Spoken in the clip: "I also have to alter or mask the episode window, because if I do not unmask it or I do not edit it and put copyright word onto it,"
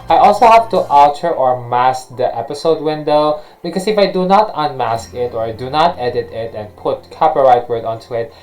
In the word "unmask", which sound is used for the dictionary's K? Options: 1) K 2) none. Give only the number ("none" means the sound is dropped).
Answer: 1